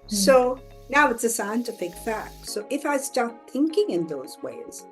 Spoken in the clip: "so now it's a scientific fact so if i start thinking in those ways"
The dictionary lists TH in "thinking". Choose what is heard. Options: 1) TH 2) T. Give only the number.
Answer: 1